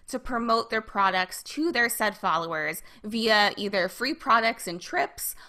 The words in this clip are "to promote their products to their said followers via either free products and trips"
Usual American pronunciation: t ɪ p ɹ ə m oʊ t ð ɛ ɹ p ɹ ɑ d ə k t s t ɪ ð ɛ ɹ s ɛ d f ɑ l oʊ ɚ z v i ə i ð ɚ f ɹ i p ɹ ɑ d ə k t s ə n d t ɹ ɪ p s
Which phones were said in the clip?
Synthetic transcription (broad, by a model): t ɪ p ɹ ə m oʊ t ð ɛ ɹ p ɹ ɑ d ə k t s t ɪ ð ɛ ɹ s ɛ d f ɑ l oʊ ɚ z v i ə i ð ɚ f ɹ i p ɹ ɑ d ə k t s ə n t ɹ ɪ p s